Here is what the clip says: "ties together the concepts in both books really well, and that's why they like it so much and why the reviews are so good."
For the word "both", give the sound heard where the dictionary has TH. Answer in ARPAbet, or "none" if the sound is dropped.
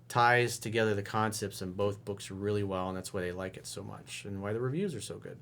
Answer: TH